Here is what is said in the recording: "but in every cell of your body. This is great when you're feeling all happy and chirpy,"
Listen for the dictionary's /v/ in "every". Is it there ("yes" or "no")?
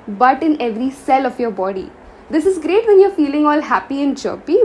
yes